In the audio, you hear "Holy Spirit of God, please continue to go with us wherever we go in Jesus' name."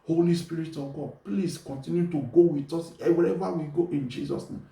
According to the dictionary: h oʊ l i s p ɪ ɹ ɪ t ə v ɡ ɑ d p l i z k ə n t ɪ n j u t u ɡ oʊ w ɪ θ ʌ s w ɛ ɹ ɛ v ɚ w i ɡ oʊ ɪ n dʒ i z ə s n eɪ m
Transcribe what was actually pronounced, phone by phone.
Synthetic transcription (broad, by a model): h oʊ l i s p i ɹ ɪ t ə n ɡ ɑ d p l i s k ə n t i n j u t u ɡ oʊ w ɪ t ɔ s w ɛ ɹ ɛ v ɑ w i ɡ oʊ ɪ n dʒ i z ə s n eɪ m